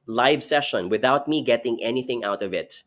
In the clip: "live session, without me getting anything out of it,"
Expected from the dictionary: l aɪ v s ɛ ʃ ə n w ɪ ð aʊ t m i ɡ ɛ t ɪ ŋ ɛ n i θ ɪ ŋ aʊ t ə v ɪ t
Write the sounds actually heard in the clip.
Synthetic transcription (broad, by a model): l aɪ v s ɛ ʃ ə n w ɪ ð aʊ t m i ɡ ɛ t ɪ ŋ ɛ n i θ ɪ ŋ aʊ t ə v ɪ t